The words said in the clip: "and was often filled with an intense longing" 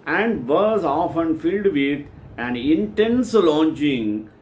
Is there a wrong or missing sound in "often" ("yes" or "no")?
no